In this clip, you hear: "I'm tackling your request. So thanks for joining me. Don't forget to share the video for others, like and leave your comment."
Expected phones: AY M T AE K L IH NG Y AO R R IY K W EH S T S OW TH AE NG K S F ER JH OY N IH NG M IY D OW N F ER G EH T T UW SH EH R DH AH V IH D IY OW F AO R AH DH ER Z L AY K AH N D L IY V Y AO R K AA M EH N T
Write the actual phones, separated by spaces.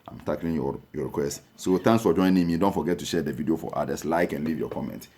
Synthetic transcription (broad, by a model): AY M T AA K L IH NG Y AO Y R IY K W EH S T S OW T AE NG K S F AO JH OY N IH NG M IY D OW N F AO G EH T T UW SH EH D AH V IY D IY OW F AO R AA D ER S L AY K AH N L IY V Y AO K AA M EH N T